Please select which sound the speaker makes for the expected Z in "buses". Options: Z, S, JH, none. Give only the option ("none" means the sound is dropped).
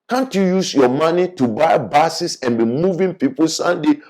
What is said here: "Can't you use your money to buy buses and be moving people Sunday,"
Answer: S